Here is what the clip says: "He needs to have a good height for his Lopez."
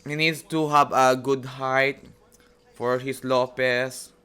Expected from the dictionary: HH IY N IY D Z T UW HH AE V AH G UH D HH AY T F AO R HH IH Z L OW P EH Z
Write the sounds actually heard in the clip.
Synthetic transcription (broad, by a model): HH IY N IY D S T UW HH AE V AH G UH D HH AY T F AO R HH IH S L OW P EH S